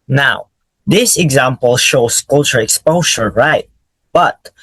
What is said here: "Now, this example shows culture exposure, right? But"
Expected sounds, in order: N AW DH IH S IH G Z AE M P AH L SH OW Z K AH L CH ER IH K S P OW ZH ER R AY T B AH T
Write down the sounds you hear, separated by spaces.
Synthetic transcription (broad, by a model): N AW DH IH S IH G Z AE M P AH L SH OW S K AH L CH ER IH K S P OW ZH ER R AY T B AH T